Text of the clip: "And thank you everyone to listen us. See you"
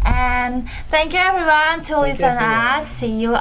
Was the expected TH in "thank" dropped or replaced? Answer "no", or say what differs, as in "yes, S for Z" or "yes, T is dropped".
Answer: no